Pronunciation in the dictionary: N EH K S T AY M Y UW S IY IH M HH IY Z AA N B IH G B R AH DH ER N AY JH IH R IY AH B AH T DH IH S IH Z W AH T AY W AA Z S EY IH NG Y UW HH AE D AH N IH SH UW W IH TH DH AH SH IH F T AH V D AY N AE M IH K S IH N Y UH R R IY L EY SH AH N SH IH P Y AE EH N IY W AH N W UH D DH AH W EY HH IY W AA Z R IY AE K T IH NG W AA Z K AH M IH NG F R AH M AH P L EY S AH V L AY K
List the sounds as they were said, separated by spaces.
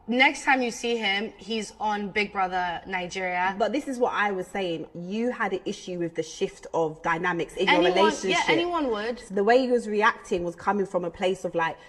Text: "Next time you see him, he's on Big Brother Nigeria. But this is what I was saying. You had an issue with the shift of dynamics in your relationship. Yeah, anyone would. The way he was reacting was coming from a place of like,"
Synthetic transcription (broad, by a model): N EH K S T AY M Y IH S IY IH M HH IY Z N B IH G B R AH DH ER N AY JH IH R IY AH B AH T DH IH S IH Z W AH T AY W AA Z S EY IH NG Y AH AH D AH N IH SH UW W IH DH AH SH IH F T AH V D AY N AE M IH K S IH N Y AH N R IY L EY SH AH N SH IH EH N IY W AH N W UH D DH AH W EY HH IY W AA Z R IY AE K T IH NG W AA Z K AH M IH NG F R AH M AH P L EY S AH V L AY K